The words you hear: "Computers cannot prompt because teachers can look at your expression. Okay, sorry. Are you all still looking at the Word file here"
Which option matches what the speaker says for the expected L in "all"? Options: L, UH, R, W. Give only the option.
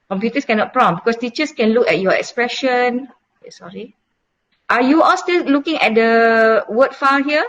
L